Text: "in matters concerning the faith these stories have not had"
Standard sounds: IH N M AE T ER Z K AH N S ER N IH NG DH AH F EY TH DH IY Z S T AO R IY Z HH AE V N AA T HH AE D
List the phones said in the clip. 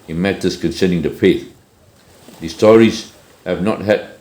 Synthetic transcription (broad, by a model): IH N M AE T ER S K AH N S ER N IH NG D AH P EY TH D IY S T AO R IY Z HH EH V N AA T HH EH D